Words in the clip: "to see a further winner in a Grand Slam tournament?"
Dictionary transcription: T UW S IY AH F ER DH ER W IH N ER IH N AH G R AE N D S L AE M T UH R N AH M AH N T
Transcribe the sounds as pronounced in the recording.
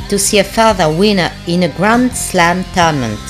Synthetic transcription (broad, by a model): T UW S IY AH F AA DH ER W IH N ER IH N AH G R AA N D S L AE M T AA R N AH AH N